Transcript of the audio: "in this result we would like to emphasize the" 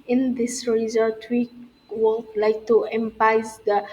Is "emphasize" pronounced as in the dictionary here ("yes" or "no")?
no